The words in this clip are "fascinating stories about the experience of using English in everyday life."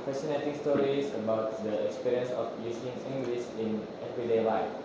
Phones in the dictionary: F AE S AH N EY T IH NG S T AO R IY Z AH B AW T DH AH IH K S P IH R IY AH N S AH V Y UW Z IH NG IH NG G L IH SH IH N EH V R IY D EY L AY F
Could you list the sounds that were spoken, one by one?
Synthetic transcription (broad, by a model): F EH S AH N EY T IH NG S T AO R IY S AH B AW T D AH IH K S P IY R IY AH N S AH F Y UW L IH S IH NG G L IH S IH N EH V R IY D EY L AY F